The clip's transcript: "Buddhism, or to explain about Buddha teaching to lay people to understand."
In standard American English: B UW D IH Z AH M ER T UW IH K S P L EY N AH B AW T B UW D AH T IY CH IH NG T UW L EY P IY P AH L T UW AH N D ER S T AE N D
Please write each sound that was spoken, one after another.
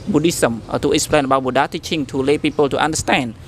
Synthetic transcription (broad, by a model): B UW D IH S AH M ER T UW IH S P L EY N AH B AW B UW D AH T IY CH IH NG T UW L EY P IY P AH L T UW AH N D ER S T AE N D